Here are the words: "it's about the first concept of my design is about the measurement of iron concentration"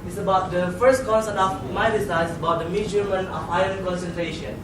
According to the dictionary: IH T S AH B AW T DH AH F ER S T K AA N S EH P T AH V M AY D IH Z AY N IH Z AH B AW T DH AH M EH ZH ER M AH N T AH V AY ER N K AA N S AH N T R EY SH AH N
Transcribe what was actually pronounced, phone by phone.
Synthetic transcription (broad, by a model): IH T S AH B AW T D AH F ER S T K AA N S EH T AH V M AY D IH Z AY IH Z AH B AW T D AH M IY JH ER M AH N AH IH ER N K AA N S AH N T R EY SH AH N